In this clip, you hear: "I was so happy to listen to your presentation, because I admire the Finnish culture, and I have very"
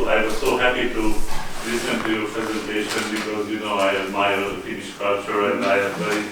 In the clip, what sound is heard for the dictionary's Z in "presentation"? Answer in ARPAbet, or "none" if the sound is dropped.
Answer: Z